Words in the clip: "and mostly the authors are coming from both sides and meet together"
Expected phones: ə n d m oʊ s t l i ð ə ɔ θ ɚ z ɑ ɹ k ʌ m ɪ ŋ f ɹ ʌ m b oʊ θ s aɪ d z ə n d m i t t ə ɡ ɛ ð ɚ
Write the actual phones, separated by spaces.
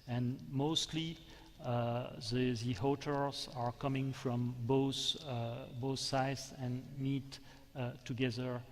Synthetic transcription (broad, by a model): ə n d m oʊ s t l i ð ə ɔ t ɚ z ɑ ɹ k ʌ m ɪ ŋ f ɹ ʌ m b oʊ θ s aɪ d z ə n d m i t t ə ɡ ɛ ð ɚ